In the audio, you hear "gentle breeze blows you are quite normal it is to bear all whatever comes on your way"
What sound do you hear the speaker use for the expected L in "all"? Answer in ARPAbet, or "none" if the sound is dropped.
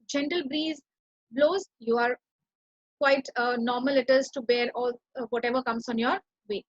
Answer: L